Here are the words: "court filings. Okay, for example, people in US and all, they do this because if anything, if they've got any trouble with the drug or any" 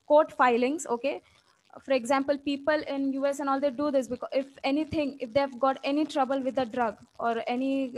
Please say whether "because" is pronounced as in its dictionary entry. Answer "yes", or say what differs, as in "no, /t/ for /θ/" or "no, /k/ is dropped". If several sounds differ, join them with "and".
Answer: no, /z/ is dropped